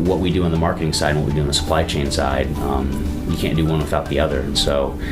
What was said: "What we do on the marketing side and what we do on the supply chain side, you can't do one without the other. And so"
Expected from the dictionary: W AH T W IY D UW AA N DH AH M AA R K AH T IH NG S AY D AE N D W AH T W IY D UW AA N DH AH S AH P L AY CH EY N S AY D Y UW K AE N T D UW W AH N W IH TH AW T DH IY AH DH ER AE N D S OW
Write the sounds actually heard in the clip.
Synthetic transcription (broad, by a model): W AH T W IY D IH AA N DH AH M AA R K AH T IH NG S AY D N W AH T W IY D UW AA N DH AH S AH P L AY CH EY N S AY D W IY K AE N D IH W AH N W IH TH AW T DH IY AH DH ER N S OW